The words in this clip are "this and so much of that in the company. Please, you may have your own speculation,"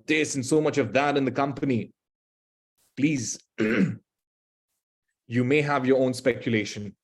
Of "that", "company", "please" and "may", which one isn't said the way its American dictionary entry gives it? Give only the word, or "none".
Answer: none